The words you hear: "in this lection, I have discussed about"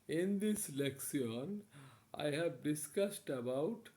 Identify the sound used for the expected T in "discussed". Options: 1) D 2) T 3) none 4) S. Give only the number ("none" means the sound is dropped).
2